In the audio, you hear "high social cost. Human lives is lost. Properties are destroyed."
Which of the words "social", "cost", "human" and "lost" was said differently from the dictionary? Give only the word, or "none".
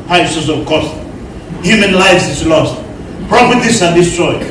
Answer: social